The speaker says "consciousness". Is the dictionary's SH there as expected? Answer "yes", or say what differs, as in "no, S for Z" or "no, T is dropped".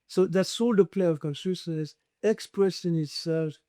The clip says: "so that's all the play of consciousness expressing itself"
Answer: no, S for SH